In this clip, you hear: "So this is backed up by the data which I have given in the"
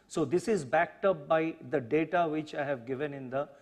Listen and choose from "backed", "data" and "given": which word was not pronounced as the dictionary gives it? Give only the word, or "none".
none